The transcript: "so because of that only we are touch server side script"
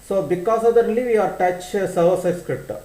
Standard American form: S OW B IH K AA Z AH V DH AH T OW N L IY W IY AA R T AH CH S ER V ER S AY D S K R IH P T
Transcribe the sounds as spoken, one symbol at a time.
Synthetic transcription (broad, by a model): S OW B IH K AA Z AH V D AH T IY L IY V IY AA R T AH CH S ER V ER S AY S K R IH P T